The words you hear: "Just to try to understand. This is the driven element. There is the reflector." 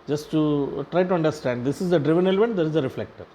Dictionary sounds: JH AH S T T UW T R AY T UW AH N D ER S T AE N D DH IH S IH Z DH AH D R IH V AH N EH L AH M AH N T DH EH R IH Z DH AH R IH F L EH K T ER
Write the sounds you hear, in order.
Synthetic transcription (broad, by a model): JH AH S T T UW T R AY T UW AH N D ER S T AE N D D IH S IH Z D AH D R IH V AH N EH L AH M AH N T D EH R IH Z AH R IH F L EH K T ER